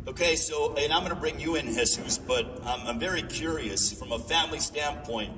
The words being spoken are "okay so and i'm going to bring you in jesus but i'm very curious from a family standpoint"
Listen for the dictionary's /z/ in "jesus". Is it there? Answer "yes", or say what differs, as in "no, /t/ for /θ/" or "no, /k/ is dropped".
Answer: no, /s/ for /z/